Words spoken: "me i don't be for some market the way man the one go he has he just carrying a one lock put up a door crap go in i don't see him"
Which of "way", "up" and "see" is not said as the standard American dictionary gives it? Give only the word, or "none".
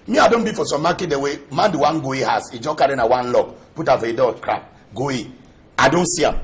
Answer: up